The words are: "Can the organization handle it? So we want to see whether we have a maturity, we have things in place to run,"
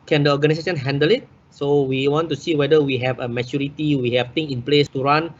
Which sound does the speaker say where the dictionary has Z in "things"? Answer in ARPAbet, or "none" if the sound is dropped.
none